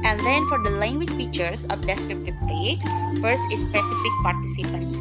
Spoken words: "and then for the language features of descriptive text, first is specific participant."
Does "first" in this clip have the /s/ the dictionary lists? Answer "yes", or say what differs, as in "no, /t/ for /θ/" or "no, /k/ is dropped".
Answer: yes